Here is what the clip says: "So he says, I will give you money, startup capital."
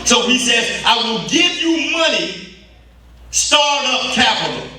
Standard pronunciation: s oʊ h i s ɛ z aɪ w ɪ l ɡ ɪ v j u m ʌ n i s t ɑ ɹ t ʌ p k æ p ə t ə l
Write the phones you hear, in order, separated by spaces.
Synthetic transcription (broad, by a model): s oʊ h i s ɛ z aɪ w ɪ l ɡ ɪ v j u m ʌ n i s t ɑ ɹ t ʌ p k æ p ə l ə